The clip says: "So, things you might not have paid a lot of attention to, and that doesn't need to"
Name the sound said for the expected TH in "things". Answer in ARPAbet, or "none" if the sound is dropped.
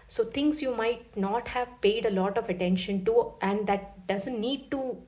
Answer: T